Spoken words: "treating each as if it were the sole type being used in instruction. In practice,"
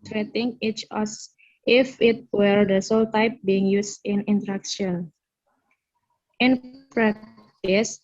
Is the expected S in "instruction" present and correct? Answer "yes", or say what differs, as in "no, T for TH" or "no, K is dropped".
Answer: no, S is dropped